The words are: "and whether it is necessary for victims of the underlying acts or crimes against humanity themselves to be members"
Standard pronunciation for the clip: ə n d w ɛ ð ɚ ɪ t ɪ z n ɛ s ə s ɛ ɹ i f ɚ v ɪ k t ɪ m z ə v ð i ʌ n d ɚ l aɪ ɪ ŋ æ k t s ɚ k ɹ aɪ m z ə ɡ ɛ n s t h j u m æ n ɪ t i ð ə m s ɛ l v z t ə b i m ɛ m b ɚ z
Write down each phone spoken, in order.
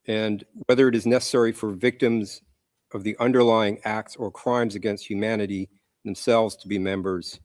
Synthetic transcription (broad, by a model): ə n w ɛ ð ɚ ɪ t ɪ z n ɛ s ə s ɛ ɹ i f ɚ v ɪ k t ɪ m z ə v ð i ʌ n d ɚ l aɪ ɪ ŋ æ k t s ɚ k ɹ aɪ m z ə ɡ ɛ n s t h j u m æ n ɪ t i ð ə m s ɛ l v z t ə b i m ɛ m b ɚ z